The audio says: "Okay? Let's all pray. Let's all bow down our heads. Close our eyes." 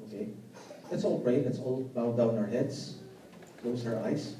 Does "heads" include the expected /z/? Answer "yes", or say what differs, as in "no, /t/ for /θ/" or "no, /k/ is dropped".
no, /s/ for /z/